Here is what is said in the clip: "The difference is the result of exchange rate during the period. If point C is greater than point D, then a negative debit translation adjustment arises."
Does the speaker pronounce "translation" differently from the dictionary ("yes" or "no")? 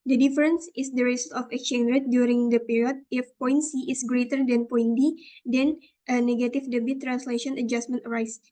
no